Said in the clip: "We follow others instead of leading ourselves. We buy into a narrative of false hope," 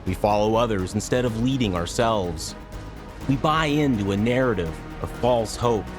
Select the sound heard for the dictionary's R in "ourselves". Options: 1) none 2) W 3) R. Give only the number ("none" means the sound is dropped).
3